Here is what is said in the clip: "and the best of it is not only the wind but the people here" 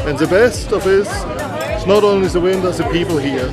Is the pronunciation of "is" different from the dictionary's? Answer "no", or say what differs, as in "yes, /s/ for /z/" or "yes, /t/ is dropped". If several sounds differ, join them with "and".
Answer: yes, /s/ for /z/